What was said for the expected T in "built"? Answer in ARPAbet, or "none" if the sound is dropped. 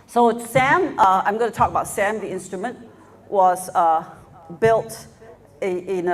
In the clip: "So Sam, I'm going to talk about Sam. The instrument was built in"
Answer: T